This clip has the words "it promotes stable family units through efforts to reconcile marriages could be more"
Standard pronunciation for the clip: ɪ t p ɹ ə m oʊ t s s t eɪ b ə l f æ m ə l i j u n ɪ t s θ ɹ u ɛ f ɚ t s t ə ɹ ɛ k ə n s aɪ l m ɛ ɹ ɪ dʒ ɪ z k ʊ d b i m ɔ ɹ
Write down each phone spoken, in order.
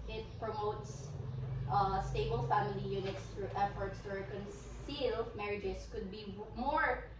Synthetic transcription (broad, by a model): ɪ t p ɹ ə m oʊ t s s t eɪ b ə l f æ m ə l i j u n ɪ t s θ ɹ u ɛ f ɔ t s t ə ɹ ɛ k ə n s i l m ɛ ɹ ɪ dʒ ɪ s k ʊ d b i m ɔ ɹ